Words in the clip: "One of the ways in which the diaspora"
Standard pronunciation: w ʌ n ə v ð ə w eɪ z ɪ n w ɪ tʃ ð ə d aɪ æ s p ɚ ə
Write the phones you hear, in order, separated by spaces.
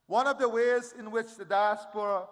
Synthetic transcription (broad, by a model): w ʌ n ə v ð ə w eɪ z ɪ n w ɪ tʃ ð ə d aɪ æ s p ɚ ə